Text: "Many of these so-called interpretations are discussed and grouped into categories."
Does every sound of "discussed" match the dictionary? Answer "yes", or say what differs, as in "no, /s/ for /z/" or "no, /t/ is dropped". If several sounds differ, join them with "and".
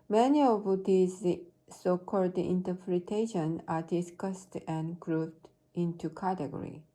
yes